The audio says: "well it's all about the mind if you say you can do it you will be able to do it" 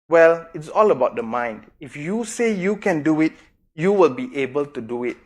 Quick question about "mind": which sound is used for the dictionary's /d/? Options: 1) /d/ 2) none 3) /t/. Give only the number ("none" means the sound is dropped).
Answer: 1